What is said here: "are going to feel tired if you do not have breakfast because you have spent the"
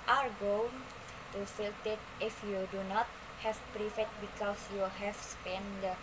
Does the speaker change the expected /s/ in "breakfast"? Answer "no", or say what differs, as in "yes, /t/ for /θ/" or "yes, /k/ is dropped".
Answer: yes, /s/ is dropped